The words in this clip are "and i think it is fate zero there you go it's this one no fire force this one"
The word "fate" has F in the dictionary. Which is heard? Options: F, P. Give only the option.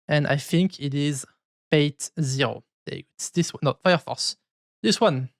P